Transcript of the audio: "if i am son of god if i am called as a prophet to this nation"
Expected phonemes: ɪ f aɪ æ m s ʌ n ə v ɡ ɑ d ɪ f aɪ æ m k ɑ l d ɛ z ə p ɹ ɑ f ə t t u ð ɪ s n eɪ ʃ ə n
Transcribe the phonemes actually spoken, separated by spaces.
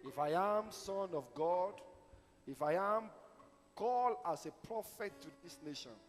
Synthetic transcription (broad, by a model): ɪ f aɪ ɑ m s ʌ n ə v ɡ ɑ d ɪ f aɪ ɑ m k ɑ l ɑ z ə p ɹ ɑ f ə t t u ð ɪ s n eɪ ʃ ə n